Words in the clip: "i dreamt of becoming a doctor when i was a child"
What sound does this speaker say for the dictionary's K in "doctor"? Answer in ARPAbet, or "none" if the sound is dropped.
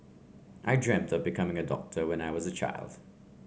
K